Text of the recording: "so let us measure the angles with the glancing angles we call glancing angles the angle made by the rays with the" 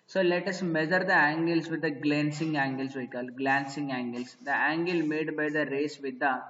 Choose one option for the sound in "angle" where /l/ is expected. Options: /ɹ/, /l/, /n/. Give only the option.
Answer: /l/